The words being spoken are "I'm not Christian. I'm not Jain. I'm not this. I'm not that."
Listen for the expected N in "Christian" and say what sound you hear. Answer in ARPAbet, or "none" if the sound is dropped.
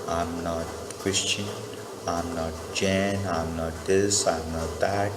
N